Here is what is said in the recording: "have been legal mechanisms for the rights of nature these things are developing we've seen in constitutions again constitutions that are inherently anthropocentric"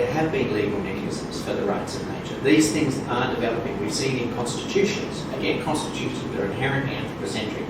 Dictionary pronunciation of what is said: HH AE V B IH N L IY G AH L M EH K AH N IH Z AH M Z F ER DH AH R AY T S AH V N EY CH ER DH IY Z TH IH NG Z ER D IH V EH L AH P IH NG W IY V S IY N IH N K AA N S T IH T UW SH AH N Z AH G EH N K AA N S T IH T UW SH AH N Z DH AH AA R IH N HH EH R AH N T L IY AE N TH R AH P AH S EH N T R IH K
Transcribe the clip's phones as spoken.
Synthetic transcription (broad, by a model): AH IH V B IH N L IY G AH L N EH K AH IH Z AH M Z F ER DH AH R AY T S AH V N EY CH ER DH IY Z TH IH NG Z ER D IH V EH L AH P IH NG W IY S IY IH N K AA N S T IH T UW SH AH N Z AH G EH N K AA N S T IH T UW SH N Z DH AH R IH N HH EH R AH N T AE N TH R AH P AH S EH N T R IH